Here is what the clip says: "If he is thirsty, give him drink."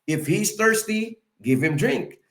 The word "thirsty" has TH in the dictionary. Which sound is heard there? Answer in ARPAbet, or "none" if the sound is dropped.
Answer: TH